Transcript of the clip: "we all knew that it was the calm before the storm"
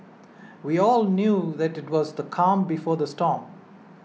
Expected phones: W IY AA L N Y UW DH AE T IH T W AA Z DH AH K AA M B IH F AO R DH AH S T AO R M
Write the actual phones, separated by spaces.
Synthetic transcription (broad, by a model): W IY AA L N Y UW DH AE T IH T W AA Z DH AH K AA M B IH F AO R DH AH S T AO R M